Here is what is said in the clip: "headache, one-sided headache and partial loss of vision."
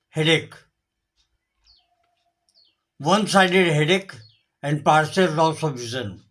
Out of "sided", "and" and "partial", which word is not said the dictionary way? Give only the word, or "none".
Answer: partial